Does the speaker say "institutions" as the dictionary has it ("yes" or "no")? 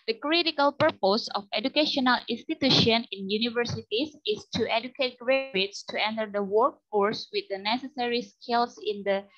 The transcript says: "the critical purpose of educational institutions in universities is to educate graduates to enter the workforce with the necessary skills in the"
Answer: no